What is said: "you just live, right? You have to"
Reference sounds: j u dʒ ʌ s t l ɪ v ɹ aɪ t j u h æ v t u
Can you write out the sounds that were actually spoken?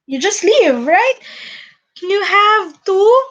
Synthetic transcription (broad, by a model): j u dʒ ʌ s t l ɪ v ɹ aɪ t j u h æ v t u